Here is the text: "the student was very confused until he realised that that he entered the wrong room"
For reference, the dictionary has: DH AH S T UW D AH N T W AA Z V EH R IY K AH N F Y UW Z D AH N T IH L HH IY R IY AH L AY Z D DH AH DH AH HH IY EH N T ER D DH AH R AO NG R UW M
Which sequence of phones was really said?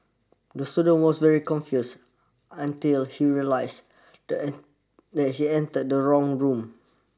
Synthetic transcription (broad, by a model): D AH S T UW D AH N W AA S V EH R IY K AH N F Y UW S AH N T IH L HH IY R IY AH L AY S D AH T HH IY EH N T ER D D AH R AO NG R UW M